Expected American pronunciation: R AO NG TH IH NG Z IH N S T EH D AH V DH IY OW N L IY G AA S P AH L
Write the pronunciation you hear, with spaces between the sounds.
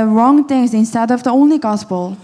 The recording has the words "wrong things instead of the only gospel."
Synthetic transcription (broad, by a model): R AO NG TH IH NG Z IH N S T EH D AH V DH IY OW N L IY G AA S P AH L